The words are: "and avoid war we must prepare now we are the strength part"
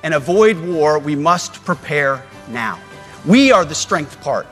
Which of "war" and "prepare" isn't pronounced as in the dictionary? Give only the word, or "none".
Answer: none